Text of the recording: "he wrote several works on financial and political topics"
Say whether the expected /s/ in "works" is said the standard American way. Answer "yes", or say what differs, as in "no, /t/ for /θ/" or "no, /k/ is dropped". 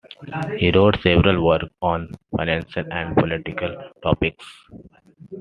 no, /s/ is dropped